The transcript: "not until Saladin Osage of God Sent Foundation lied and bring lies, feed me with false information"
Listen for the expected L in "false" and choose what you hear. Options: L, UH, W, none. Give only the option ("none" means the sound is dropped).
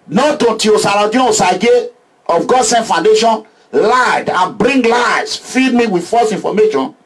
none